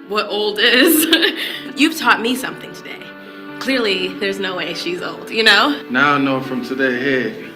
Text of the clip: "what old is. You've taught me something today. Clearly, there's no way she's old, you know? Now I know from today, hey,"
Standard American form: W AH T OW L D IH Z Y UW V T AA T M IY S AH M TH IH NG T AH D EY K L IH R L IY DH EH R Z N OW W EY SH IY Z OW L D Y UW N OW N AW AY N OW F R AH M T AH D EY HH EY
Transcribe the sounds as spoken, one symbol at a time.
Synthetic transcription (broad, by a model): W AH T OW L D IH Z Y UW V T AA T M IY S AH M TH IH NG T AH D EY K L IH R L IY DH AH R Z N OW W EY SH IY Z OW L D Y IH N OW N AW N OW F R AH M T AH D EY HH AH